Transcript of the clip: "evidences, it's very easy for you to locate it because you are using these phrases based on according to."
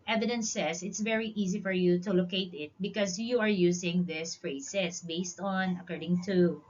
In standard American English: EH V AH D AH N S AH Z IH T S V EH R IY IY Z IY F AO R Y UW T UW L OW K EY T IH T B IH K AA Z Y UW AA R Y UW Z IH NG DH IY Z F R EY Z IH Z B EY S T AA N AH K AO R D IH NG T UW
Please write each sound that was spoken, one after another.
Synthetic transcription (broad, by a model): EH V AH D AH N S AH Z IH T S V EH R IY IY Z IY F AO R Y UW T UW L OW K EY T IH T B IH K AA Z Y UW AA R Y UW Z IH NG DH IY S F R EY S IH S B EY S T AA N AH K AO R D IH NG T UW